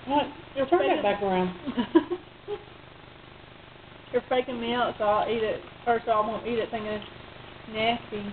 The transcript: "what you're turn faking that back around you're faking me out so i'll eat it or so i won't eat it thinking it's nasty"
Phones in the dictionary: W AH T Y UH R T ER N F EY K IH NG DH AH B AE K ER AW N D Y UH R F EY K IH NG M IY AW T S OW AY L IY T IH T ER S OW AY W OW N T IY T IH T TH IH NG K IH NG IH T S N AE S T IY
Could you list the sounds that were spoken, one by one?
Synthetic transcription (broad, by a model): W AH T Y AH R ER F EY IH B AE K ER AW N D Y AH R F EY K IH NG M IY AW T S OW AY L IY T IH T ER S OW AY W OW N T IY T IH T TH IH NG IH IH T N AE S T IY